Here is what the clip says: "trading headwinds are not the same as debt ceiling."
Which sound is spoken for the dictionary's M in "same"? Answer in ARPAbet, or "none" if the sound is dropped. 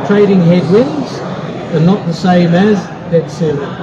M